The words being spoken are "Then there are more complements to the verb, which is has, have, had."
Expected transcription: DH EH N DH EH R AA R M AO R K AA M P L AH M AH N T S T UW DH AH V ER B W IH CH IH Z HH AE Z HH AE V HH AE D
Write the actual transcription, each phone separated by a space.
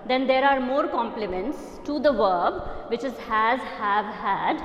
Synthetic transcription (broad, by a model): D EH N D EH R AA R M AO R K AA M P L AH M AH N T S T UW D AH V ER B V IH CH IH Z HH AE Z HH AE V HH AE D